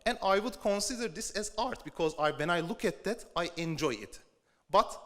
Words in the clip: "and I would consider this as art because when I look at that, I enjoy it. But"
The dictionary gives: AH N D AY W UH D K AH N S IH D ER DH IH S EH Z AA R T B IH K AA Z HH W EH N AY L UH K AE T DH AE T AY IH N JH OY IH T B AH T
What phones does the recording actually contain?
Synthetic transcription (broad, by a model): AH N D AY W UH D K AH N S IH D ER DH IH S EH Z AA R T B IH K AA Z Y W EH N AY L UH K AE T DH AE T AY IH N JH OY IH T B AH T